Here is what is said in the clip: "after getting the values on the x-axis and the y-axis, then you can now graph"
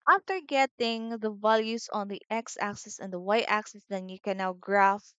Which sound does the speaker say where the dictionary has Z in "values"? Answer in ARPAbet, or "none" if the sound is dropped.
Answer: S